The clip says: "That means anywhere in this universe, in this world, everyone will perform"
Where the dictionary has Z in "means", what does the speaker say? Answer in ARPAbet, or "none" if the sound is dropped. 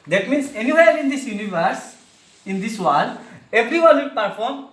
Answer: S